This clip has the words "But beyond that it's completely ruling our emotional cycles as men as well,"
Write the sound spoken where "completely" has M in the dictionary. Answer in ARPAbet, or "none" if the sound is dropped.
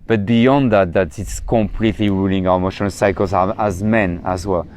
M